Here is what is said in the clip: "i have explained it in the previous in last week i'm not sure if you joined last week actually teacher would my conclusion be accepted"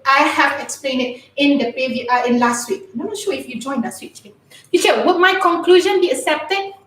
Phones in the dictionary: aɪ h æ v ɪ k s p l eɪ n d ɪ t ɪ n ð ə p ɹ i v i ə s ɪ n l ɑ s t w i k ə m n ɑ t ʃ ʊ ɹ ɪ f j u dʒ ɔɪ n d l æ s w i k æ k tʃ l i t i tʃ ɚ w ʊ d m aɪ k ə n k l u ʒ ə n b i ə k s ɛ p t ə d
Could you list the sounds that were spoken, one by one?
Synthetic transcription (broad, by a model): aɪ h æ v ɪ k s p l eɪ n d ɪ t ɪ n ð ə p i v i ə ɪ n l ɑ s t w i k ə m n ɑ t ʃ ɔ ɪ f j u dʒ ɔɪ n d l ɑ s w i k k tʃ i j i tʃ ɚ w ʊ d m aɪ k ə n k l u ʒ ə n b i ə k s ɛ p t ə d